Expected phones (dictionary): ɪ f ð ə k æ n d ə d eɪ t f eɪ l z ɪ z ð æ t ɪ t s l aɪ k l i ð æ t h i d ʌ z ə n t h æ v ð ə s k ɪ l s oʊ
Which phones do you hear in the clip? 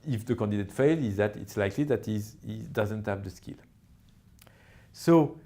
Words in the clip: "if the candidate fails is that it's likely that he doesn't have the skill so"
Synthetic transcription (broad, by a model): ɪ f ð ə k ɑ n d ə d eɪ t f eɪ l ɪ z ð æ t ɪ t s l aɪ k l i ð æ t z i d ʌ z ə n t h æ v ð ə s k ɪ l s oʊ